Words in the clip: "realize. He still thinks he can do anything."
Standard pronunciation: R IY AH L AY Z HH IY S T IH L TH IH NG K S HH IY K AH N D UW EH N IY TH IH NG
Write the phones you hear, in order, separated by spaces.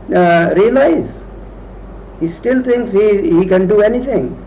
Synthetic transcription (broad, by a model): R IY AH L AY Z HH IY S T IH L T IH NG K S HH IY K AH N D UW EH N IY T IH NG